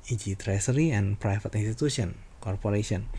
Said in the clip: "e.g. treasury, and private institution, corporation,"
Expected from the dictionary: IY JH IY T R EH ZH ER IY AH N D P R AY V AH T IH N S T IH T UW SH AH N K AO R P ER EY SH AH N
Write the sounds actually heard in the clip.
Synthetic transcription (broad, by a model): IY JH IY T R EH S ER IY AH N P R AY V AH T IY N S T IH T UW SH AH N K AO R P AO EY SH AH N